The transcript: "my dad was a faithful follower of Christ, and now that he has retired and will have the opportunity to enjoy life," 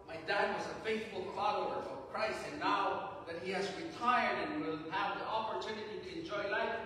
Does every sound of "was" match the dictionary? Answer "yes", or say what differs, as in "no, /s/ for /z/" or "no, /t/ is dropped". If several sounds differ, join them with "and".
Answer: yes